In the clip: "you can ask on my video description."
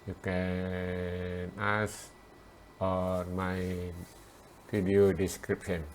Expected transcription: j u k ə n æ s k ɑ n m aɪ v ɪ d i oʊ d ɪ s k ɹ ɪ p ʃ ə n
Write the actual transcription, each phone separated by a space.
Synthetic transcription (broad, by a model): j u k ə n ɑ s ɑ n m aɪ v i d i oʊ d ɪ s k ɹ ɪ p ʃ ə n